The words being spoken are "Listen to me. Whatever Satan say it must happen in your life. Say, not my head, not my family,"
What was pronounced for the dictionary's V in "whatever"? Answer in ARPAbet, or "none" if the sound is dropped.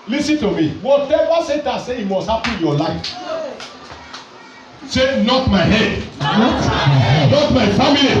W